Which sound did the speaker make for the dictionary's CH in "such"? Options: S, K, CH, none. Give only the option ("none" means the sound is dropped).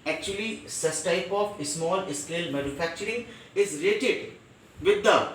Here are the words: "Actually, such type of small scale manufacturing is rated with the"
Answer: S